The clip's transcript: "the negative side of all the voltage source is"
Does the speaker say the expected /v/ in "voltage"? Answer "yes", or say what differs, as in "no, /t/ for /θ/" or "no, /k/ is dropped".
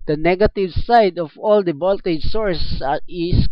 no, /b/ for /v/